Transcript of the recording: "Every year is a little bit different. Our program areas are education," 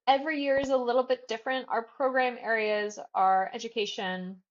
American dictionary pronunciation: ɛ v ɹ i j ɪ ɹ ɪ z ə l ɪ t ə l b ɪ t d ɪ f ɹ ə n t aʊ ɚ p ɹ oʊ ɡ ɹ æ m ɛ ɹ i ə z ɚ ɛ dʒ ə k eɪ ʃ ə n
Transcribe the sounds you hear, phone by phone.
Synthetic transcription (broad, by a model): ɛ v ɹ i j ɪ ɹ ɪ z ə l ɪ t l b ɪ t d ɪ f ɹ ə n t aʊ ɚ p ɹ oʊ ɡ ɹ æ m ɛ ɹ i ə z ɚ ɛ dʒ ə k eɪ ʃ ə n